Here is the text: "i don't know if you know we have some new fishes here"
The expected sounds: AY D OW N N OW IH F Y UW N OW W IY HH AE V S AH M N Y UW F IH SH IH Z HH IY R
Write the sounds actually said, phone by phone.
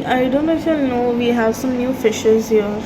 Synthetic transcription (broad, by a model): AY D OW N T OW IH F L N OW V IY HH AE V S AH M N Y UW F IH SH IH Z HH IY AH